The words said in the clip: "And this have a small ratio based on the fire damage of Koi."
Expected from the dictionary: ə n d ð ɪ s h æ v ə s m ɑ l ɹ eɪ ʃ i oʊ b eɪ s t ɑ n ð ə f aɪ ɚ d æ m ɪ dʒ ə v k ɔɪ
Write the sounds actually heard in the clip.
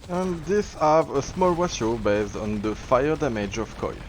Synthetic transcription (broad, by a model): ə n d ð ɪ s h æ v ə s m ɑ l w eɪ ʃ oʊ b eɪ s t ɑ n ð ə f aɪ ɚ d æ m ɪ dʒ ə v k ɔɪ